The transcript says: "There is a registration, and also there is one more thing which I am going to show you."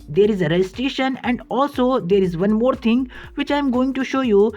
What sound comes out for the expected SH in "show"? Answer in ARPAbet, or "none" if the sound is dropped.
SH